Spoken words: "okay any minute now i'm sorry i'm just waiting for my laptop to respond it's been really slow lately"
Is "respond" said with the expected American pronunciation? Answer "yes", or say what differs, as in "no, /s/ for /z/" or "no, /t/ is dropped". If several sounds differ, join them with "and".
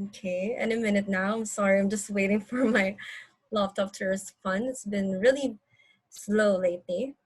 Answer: no, /f/ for /p/